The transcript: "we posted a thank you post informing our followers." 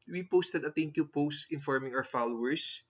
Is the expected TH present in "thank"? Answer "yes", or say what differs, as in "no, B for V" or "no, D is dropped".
no, T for TH